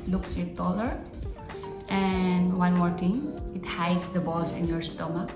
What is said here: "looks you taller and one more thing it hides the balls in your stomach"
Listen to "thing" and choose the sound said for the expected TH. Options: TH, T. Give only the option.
T